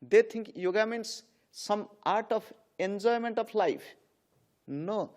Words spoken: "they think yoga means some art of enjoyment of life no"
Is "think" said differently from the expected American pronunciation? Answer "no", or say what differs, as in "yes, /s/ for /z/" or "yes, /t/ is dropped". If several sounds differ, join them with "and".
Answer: yes, /t/ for /θ/